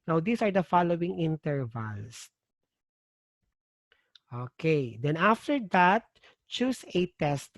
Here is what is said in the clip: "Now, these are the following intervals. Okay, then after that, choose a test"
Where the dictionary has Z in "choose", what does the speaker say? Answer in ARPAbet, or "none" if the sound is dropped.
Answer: S